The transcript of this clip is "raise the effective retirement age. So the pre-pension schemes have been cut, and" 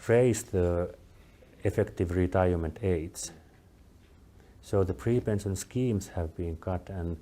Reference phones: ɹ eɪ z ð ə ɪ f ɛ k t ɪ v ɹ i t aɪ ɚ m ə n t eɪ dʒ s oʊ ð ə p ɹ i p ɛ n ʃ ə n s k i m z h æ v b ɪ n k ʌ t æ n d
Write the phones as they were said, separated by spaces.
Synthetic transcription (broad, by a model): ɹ eɪ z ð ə ɪ f ɛ k t ɪ v ɹ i t aɪ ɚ m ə n t eɪ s s oʊ ð ə p ɹ i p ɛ n s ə n s k i m s h æ v b ɪ n k ʌ t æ n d